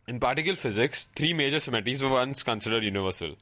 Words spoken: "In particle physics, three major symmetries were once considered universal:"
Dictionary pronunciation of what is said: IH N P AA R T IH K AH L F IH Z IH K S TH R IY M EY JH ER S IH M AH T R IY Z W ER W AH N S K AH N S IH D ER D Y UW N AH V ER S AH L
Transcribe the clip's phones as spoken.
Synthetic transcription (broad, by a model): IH N P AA R T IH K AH L F IH Z IH K S T R IY M EY JH ER S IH M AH T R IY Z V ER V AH N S K AH N S IH D ER D Y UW N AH V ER S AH L